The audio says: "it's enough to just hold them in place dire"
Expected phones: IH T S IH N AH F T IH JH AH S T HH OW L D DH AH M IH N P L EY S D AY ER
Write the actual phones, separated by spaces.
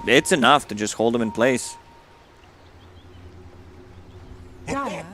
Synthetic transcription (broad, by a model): IH T S IH N AH F T IH JH AH S T HH OW L D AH M IH N P L EY S